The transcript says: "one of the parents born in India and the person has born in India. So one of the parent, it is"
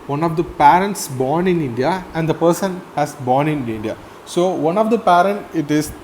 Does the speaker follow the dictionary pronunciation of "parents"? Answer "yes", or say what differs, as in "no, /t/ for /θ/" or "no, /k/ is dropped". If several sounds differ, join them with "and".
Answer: yes